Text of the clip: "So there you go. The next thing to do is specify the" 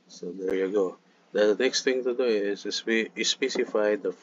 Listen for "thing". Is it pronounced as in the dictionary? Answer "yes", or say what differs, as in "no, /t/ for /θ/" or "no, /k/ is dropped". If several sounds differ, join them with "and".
no, /t/ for /θ/